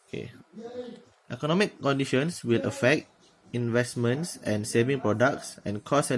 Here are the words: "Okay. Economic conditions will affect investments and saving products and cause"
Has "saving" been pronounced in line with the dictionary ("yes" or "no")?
yes